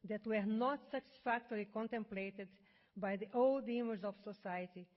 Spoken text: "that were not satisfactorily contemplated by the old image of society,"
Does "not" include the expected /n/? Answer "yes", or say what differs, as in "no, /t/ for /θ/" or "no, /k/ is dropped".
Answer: yes